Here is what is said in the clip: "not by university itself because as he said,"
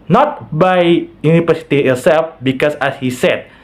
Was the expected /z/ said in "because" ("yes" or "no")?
no